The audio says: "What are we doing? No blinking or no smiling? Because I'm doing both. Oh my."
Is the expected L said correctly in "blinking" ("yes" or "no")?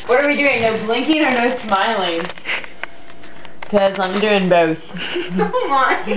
yes